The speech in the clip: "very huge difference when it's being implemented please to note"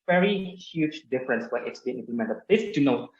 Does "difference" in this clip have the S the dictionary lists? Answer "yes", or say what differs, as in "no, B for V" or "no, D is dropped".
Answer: yes